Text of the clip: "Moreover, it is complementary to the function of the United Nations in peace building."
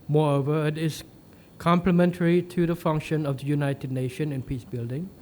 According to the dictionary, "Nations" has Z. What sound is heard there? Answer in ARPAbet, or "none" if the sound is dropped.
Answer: none